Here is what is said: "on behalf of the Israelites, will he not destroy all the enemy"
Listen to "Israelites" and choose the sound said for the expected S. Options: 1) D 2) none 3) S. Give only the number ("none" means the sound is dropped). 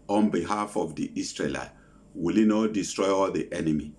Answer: 2